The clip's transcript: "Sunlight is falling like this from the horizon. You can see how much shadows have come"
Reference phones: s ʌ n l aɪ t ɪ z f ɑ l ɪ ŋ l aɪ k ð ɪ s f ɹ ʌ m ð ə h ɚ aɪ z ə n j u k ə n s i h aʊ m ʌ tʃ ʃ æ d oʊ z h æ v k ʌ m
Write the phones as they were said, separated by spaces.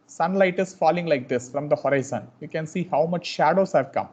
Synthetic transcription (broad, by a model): s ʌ n l aɪ t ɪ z f ɑ l ɪ ŋ l aɪ k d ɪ s f ɹ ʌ m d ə h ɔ aɪ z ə n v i k ə n s i h aʊ m ʌ tʃ ʃ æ d oʊ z h æ v k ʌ m